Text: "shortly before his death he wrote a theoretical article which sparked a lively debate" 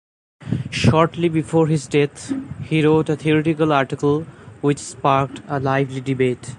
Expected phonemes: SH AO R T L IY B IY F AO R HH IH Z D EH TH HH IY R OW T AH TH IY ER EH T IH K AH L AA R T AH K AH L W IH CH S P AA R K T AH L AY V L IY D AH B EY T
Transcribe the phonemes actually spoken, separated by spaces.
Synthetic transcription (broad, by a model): SH AO R T L IY B IY F AO R HH IH Z D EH T HH IY R OW T AH T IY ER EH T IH K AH L AA R T AH K AH L W IH CH S P AA R K T AH L AY V L IY D AH B EY T